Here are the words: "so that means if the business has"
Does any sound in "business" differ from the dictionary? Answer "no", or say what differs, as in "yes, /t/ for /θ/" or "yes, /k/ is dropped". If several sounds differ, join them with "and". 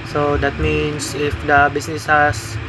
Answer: yes, /s/ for /z/